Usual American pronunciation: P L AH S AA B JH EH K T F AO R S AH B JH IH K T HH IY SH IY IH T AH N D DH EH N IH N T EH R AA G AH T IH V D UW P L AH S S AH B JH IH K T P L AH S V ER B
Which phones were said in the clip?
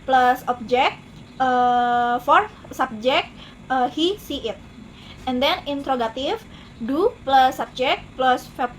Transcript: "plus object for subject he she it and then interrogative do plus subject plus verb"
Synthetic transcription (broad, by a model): P L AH S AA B JH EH K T F AO R S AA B JH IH K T HH IY S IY IH T AH N D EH N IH N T R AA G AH T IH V D UW P L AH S S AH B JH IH K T P L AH S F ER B